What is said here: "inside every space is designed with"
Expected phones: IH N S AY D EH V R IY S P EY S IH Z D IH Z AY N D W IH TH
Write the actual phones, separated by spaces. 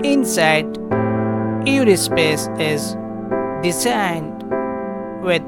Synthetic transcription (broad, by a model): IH N S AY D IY R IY S P EY S IH Z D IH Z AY N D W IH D